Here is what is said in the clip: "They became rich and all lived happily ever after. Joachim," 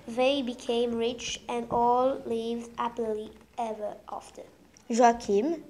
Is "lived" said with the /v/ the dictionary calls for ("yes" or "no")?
yes